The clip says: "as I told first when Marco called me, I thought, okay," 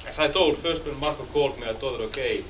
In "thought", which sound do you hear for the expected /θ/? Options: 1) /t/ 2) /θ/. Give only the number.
1